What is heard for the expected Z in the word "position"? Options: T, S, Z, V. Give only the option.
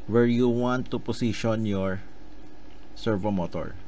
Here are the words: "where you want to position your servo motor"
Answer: S